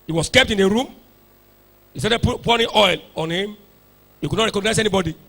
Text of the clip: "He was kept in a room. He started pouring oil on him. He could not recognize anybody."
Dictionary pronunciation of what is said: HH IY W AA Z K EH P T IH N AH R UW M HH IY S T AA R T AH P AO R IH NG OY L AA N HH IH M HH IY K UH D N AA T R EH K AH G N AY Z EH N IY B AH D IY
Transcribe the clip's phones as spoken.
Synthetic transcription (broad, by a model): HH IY W AA S K EH P T IH N AH R UW M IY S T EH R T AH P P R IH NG OY L AA N HH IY M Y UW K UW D N AA T R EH K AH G N AY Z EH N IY B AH D IY